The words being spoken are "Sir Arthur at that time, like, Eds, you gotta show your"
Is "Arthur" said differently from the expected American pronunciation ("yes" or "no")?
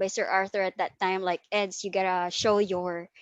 no